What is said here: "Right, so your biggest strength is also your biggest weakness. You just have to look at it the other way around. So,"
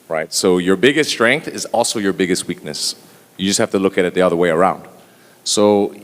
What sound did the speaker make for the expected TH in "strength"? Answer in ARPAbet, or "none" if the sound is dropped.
TH